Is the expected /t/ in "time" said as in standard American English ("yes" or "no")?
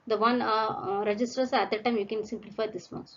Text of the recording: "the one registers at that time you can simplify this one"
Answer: yes